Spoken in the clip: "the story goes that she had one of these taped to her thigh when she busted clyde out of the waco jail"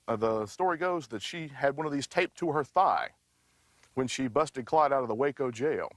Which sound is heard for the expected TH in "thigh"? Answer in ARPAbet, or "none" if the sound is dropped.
TH